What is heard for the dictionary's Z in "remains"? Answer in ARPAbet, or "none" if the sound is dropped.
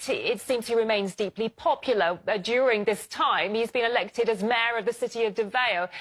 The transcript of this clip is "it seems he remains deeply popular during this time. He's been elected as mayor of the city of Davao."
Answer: Z